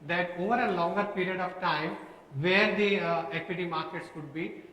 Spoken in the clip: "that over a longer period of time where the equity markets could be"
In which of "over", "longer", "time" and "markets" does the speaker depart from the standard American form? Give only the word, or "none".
none